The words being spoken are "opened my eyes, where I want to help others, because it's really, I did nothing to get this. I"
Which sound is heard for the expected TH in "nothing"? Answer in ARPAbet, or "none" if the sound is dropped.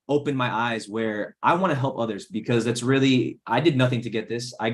TH